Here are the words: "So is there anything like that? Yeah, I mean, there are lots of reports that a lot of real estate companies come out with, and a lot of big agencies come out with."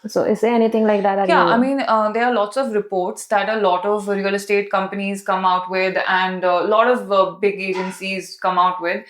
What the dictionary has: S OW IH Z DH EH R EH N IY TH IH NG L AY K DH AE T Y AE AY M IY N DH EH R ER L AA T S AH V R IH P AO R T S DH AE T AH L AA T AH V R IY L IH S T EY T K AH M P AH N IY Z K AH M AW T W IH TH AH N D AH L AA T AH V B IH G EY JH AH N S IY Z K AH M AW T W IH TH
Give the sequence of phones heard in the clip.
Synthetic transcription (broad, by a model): S OW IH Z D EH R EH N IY T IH NG L AY K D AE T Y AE AY M IY N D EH R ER L AA T S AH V R IH P AO R T S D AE T AH L AA T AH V R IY L S T EY T K AH M P AH N IY Z K AH M AW T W IH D AH N D L AA T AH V B IH G EY JH AH N S IY Z K AH M AW T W IH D